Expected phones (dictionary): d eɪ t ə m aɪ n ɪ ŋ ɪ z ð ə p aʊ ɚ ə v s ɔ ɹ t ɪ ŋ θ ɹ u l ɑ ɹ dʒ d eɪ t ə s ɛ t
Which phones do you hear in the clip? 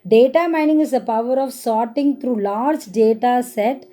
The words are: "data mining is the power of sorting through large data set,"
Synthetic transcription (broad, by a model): d eɪ t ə m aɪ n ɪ ŋ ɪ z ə p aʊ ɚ ə v s ɔ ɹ t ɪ ŋ t ɹ u l ɑ ɹ dʒ d eɪ t ə s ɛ t